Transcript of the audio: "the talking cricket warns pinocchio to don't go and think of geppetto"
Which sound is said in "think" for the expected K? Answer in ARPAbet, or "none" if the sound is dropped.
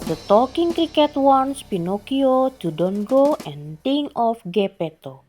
none